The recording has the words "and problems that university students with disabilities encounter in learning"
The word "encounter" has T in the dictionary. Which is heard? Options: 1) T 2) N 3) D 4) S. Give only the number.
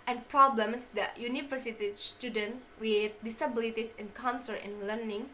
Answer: 4